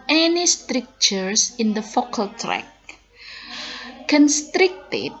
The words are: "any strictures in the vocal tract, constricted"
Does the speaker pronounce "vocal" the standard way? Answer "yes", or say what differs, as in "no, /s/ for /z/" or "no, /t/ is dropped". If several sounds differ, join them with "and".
no, /f/ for /v/